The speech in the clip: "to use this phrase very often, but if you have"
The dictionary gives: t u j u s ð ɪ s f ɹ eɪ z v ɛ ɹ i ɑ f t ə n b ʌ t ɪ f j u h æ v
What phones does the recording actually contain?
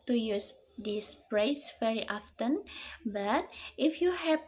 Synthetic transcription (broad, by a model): t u j u s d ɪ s p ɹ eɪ s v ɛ ɹ i ɑ f t ə n b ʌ t ɪ f j u h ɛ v